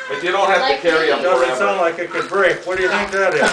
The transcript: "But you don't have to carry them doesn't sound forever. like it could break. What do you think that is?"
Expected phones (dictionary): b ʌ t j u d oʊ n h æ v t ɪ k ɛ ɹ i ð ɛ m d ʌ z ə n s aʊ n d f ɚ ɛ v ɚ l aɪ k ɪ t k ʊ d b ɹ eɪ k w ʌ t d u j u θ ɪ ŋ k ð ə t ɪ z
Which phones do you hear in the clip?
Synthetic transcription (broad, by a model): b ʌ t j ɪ d oʊ n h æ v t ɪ k ɛ ɹ i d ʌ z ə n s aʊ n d l aɪ k ɪ t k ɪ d b ɹ eɪ k w ʌ t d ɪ j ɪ θ ɪ ŋ k ð ə t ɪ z